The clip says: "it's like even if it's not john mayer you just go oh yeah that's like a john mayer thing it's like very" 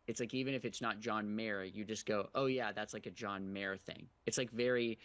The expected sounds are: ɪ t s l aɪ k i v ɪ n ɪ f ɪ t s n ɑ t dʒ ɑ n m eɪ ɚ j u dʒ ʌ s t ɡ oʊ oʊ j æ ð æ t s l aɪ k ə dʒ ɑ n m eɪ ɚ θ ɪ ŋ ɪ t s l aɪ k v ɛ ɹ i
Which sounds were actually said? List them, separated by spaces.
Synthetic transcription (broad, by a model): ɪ t s l aɪ k i v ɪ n ɪ f ɪ t s n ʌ t dʒ ɑ n m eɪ ɚ j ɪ dʒ ʌ s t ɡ oʊ oʊ j æ ð æ t s l aɪ k ə dʒ ɑ n m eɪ ɚ θ ɪ ŋ ɪ t s l aɪ k v ɛ ɹ i